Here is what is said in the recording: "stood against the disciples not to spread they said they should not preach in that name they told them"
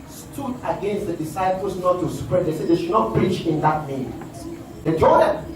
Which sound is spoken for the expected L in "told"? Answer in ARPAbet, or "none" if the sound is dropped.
none